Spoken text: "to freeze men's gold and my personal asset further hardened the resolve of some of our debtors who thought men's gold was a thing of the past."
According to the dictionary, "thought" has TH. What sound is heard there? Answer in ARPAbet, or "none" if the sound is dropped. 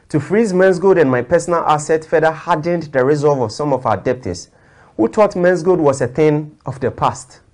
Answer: T